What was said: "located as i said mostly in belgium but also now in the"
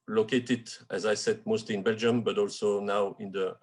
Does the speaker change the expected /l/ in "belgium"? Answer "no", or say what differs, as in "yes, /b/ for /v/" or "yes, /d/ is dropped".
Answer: no